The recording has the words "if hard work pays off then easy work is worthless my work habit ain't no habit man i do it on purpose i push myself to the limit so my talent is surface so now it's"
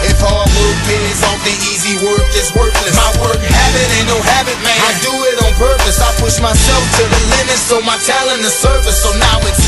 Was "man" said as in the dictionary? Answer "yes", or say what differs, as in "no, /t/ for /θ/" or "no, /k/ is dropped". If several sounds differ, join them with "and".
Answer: no, /n/ is dropped